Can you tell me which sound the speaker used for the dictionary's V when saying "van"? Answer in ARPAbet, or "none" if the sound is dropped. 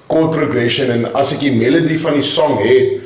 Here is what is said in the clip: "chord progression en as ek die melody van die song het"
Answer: F